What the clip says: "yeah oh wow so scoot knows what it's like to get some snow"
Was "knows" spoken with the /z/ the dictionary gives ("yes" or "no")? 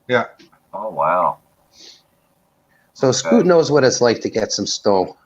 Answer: yes